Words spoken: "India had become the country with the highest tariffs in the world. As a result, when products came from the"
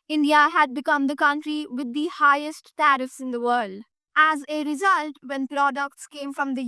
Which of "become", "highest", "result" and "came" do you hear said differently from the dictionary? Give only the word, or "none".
none